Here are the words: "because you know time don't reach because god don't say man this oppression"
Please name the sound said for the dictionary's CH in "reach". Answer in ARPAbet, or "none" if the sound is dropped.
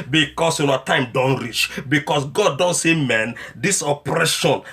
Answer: CH